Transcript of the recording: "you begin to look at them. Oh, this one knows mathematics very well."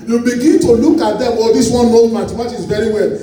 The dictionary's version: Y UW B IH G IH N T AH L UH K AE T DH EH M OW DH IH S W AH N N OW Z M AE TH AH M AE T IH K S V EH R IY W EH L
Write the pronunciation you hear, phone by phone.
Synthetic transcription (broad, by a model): Y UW B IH G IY N T AH L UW K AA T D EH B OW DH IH S W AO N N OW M M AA T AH M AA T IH S V EH R IY W EH L